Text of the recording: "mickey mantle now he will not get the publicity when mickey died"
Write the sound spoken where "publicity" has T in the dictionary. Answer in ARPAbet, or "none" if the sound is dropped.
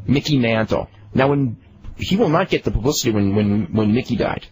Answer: T